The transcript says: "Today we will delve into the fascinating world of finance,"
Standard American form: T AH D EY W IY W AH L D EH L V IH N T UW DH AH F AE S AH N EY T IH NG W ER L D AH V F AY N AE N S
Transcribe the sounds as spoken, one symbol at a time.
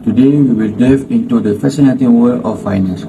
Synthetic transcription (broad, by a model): T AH D EY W IY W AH L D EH V IH N T UW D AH F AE S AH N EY T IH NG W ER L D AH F AY N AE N S